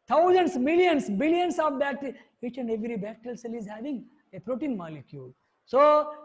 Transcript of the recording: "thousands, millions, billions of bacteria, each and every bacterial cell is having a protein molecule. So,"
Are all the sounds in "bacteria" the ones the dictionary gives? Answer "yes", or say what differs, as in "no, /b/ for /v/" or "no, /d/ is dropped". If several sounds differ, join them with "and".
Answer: no, /k/ is dropped